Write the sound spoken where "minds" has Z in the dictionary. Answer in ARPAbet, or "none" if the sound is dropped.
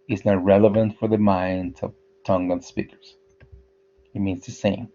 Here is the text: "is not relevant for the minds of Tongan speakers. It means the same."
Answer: none